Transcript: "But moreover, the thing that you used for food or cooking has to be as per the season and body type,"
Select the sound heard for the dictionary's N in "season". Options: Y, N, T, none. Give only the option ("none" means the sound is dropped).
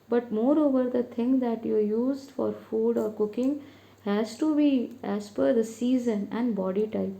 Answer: N